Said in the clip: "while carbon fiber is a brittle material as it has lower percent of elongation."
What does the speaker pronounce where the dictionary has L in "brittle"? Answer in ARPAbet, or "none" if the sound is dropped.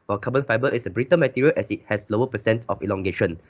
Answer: N